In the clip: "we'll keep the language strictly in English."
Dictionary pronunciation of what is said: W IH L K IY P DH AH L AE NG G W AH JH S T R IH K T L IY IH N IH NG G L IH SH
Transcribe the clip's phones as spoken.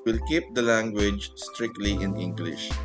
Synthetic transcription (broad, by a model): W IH L K IY P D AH L AE NG G W AH JH S T R IH K T L IY IH N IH NG G L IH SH